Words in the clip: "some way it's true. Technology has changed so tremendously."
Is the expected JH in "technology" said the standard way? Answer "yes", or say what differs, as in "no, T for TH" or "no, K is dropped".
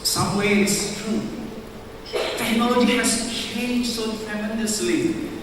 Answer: no, JH is dropped